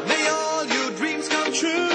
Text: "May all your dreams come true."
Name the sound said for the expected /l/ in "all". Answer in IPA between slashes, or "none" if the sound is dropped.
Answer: /l/